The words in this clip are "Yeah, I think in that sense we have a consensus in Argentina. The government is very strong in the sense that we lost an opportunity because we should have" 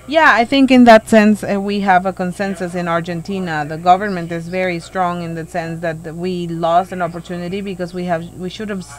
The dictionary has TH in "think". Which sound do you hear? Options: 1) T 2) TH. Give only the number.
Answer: 2